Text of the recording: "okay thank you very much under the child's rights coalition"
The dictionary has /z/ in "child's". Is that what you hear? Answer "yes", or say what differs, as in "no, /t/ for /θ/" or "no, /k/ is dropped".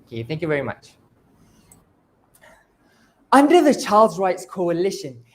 yes